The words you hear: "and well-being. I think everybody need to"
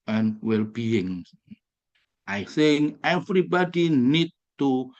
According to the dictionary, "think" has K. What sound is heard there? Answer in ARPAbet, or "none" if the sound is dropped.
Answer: none